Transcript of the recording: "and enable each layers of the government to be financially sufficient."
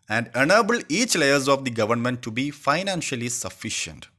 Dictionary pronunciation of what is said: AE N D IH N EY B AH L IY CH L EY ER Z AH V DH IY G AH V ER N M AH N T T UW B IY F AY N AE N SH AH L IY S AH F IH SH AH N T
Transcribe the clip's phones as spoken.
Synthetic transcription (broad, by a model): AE N D IH N EY B AH L IY CH L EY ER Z AH V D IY G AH V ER N M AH N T T UW B IY F AY N AE N SH AH L IY S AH F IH SH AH N T